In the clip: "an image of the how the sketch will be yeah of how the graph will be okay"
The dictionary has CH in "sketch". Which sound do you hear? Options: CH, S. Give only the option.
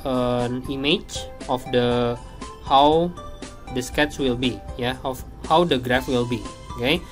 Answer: S